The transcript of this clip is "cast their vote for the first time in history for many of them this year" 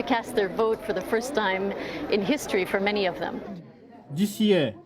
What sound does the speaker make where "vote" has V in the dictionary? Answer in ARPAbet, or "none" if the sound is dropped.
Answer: V